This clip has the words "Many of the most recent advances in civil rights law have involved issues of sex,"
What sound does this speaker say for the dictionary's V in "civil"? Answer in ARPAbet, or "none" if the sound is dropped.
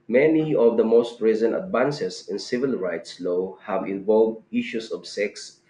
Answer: V